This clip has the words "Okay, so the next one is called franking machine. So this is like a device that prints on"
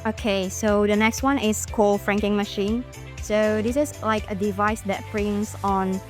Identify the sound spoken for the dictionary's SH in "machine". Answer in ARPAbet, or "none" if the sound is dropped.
SH